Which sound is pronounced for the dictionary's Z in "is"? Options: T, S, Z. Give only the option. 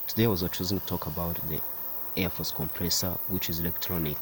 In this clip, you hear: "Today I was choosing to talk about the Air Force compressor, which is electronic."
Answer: Z